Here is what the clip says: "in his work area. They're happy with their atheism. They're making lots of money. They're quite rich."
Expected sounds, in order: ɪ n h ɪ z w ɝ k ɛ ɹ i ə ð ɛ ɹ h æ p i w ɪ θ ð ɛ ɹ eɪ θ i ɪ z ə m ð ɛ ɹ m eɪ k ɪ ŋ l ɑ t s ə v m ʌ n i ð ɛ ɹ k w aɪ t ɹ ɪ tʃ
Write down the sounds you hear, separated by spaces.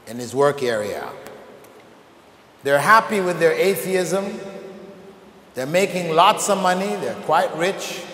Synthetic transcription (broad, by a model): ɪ n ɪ z w ɝ k ɛ ɹ i ə ð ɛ ɹ h æ p i w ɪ ð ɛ ɹ eɪ θ i ɪ z ə m ð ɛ ɹ m eɪ k ɪ ŋ l ɑ t s ə v m ʌ n i ð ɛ ɹ k w aɪ t ɹ ɪ tʃ